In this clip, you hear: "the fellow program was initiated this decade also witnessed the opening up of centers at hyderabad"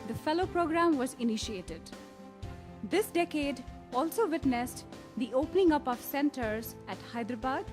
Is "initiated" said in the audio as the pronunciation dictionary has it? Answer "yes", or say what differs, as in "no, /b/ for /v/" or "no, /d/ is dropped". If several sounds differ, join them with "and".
yes